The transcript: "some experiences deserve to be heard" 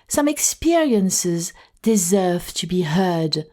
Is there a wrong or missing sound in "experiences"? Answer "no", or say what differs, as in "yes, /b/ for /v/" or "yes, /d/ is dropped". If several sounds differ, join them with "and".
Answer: no